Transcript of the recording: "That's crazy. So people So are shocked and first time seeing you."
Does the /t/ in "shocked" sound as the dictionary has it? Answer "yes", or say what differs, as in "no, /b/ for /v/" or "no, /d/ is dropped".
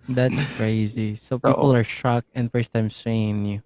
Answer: no, /t/ is dropped